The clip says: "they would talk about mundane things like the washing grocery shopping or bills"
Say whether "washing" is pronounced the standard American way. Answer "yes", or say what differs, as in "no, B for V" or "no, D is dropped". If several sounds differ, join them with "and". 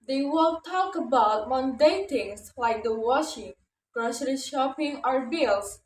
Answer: yes